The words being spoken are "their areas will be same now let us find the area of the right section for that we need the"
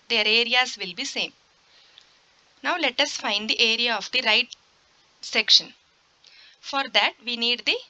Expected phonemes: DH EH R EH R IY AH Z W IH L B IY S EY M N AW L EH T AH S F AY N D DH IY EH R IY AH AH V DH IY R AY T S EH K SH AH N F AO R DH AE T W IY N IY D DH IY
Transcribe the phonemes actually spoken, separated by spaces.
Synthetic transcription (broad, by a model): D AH R EH R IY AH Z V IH L B IY S EY M N AW L EH T AH S F AY N D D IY EH R IY AH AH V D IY R AY T S EH K SH AH N F AO R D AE T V IY N IY D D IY